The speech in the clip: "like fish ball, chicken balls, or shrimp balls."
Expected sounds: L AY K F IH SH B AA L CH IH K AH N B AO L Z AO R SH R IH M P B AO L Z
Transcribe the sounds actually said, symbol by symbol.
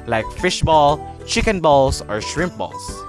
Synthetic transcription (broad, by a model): L AY K F IH SH B AA L CH IH K AH N B AO L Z AO R SH R IH M P B AO L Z